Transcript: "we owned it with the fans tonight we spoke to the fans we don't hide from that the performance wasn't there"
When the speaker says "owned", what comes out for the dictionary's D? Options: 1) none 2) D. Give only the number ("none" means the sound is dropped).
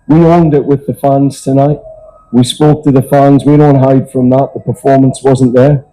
2